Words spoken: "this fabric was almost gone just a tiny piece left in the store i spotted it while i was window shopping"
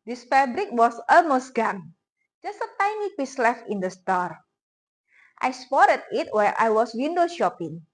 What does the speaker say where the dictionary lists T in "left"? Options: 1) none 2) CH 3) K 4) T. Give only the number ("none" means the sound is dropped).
1